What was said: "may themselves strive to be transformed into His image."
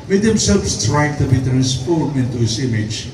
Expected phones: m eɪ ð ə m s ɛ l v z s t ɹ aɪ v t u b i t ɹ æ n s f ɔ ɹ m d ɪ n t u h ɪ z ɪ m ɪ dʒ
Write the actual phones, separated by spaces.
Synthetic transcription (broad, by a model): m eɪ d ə m s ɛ l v s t ɹ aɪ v t u b i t ɹ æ n s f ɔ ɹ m ɪ n t u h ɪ s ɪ m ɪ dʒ